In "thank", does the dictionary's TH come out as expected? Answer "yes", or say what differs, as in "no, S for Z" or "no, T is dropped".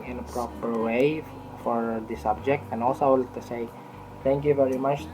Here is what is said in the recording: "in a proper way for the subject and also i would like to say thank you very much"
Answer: no, T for TH